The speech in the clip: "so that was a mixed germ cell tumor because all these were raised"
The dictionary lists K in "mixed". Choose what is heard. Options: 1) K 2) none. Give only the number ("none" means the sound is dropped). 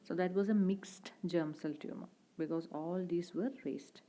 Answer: 1